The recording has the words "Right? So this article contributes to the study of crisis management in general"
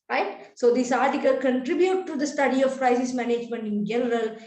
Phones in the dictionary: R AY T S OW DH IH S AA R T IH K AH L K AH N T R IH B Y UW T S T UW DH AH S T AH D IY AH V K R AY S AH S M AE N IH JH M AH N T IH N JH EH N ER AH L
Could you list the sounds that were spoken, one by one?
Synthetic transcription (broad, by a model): R AY T S OW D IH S AA R T IH K AH L K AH N T R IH B Y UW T T UW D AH S T AH D IY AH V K R AY S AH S M AE N IH JH M AH N T IH N JH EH N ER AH L